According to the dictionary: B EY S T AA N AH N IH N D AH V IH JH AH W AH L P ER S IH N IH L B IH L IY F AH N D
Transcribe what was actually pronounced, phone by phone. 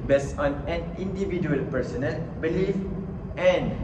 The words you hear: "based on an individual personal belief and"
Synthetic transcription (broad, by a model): B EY S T AA N AH N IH N D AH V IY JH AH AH L P ER S IH N IH L B IH L IY F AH N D